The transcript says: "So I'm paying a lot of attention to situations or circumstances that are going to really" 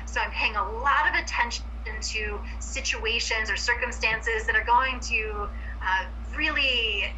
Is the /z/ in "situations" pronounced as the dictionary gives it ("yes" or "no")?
yes